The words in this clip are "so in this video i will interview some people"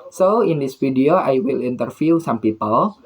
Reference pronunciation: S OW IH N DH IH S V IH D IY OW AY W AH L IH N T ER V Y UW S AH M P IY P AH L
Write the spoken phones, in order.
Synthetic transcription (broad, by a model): S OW IH N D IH S F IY D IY OW AY W AH L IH N T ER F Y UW S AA M P IY P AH L